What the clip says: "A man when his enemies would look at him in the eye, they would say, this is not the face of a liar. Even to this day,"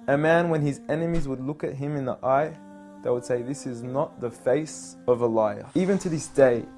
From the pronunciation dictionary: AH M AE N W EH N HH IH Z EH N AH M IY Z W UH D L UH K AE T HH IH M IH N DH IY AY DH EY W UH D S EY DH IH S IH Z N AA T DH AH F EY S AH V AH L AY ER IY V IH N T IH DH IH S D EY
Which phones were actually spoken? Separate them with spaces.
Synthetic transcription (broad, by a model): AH M AE N W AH N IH Z EH N AH M IY Z W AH D L UH K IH T HH IH M IH N DH IY AY DH EY W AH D S EY DH IH S IH Z N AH T DH AH F EY S AH V AH L AY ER IY V IH N T IH DH IH S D EY